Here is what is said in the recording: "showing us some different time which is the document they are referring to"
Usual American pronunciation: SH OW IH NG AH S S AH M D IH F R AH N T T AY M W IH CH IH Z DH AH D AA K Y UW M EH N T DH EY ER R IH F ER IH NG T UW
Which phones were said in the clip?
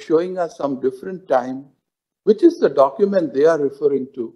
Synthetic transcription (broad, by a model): SH OW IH NG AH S S AH M D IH F R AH N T T AY M W IH CH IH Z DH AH D AA K Y UW M EH N T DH EY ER R IH F ER IH NG T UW